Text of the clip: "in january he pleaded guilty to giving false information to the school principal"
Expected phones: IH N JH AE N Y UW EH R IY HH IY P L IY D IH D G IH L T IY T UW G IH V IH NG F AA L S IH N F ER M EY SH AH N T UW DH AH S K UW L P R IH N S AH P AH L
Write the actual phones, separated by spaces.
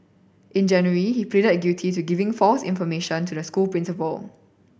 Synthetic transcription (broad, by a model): IH N JH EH N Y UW R IY HH IY P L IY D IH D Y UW T IY T UW G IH V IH NG F AA L S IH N F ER M EY SH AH N T UW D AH S K UW L P R IH N S AH P AH L